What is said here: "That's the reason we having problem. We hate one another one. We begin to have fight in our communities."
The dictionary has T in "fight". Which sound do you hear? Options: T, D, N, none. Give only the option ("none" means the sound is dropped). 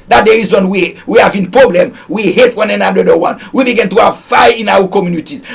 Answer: none